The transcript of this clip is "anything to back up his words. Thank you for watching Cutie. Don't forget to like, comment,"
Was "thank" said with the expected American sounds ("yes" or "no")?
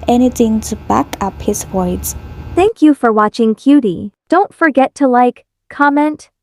yes